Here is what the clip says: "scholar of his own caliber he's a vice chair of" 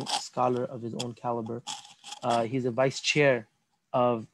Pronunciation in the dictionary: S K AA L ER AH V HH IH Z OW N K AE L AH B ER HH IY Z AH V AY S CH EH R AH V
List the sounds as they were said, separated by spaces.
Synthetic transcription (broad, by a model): S K AA L ER AH V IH Z OW N K AE L AH B ER HH IY Z AH V AY S CH EH R AH V